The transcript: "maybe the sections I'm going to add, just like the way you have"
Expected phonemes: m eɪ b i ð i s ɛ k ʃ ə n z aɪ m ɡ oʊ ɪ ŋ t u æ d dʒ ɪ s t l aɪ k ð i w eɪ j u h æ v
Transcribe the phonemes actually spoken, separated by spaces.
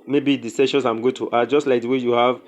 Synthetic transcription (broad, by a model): m eɪ b i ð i s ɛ ʃ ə n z aɪ m ɡ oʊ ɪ t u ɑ dʒ ɪ s t l aɪ k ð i w eɪ j u h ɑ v